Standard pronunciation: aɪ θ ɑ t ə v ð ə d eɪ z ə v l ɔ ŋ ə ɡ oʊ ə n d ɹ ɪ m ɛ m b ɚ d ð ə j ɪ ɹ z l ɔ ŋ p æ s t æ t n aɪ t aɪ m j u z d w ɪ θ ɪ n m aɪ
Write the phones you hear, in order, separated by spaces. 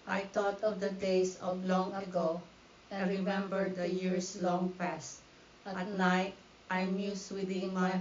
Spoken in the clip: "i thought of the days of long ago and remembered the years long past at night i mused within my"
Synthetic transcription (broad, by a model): aɪ t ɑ t ə v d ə d eɪ s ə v l ɔ ŋ ə ɡ oʊ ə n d ɹ ɪ m ɛ m b ɚ d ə j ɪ ɹ s l ɔ ŋ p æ s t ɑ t n aɪ t aɪ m j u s w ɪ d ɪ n m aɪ